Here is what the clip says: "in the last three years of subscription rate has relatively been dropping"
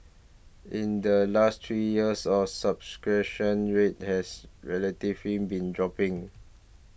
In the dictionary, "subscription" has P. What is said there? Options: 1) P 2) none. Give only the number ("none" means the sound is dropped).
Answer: 2